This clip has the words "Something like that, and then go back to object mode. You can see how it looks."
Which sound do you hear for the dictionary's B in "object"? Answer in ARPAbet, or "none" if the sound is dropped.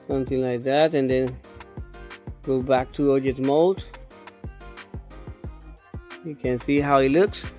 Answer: none